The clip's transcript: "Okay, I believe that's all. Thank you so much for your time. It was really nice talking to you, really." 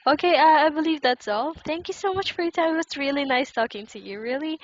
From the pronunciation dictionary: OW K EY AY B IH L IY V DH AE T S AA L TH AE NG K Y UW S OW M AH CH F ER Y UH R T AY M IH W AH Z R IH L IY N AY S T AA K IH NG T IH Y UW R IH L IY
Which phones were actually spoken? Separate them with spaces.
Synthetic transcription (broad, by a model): OW K EY AY B IH L IY V DH AE T S AA L TH AE NG K Y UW S OW M AH CH F ER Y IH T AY IH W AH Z R IH L IY N AY S T AA K IH NG T IH Y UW R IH L IY